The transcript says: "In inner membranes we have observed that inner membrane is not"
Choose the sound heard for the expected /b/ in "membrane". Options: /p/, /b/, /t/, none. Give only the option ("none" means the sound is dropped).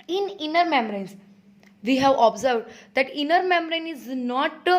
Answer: none